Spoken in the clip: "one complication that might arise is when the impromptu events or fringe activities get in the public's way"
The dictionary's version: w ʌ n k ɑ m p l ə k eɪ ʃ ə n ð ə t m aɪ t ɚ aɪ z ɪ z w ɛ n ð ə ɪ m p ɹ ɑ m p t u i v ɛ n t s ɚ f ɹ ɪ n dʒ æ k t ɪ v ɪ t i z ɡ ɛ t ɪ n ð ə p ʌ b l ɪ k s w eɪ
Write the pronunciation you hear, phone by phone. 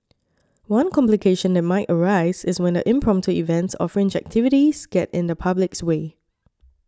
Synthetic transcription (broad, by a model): w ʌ n k ɑ m p l ə k eɪ ʃ ə n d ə t m aɪ t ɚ aɪ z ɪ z w ɛ n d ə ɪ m p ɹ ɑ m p t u i v ɛ n t s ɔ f ɹ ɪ n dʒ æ k t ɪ v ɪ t i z ɡ ɛ t ɪ n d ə p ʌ b l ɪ k s w eɪ